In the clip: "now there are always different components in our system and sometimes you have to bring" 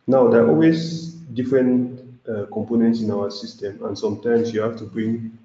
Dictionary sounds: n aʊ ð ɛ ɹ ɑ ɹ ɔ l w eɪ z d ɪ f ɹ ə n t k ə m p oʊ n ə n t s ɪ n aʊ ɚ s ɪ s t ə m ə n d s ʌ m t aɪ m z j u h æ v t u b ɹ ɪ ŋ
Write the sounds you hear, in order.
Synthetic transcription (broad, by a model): n aʊ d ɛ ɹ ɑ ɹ ɔ l w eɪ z d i f ɹ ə n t k ə m p oʊ n ə n t s ɪ n aʊ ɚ s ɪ s t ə m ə n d s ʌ m t aɪ m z j u h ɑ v t u b ɹ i ŋ